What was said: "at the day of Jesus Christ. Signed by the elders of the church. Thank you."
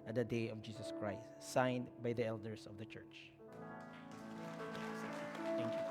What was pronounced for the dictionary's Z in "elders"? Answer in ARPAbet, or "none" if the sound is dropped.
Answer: S